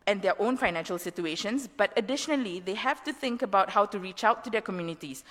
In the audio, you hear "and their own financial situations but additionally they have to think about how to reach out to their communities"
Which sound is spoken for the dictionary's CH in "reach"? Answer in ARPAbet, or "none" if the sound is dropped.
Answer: CH